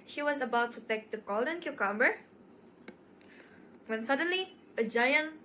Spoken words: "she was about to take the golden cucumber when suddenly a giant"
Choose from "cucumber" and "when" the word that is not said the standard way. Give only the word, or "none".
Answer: none